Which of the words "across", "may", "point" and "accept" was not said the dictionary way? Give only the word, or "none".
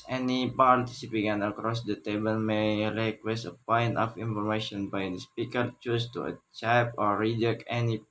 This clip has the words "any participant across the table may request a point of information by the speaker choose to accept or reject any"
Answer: accept